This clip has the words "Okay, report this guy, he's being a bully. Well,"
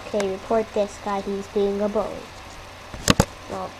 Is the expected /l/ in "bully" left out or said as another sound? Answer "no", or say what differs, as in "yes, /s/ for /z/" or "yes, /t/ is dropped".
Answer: yes, /l/ is dropped